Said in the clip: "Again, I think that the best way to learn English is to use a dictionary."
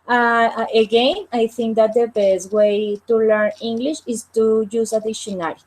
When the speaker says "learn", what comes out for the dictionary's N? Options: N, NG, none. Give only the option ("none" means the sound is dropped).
N